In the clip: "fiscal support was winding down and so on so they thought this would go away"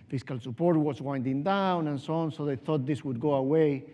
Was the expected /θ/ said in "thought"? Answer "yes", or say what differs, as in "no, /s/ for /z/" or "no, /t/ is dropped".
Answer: yes